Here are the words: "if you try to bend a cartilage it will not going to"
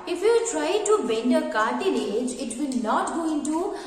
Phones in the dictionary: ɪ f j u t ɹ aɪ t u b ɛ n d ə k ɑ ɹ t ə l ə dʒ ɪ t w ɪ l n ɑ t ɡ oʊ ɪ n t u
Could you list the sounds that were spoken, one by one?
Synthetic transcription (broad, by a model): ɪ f j u t ɹ aɪ t u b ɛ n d ə k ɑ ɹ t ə n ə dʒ ɪ t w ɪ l n ɑ t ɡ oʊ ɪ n t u